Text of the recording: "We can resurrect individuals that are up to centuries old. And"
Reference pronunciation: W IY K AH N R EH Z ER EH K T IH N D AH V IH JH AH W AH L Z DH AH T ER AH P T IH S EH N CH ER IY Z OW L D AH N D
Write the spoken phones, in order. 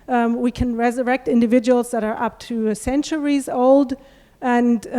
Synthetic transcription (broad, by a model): W IY K AH N R EH Z ER EH K T IH N D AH V IH JH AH W L Z DH AH T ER AH P T IH S EH N CH ER IY Z OW L D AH N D